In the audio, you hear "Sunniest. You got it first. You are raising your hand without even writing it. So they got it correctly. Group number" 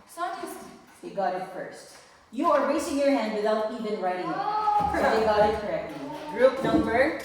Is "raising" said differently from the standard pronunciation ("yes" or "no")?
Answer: yes